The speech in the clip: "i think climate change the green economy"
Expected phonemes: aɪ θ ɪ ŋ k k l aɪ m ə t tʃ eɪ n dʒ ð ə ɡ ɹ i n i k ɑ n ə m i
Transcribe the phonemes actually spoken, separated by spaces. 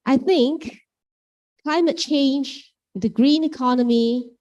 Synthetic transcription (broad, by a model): aɪ θ ɪ ŋ k k l aɪ m ə t tʃ eɪ n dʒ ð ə ɡ ɹ i n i k ɑ n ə m i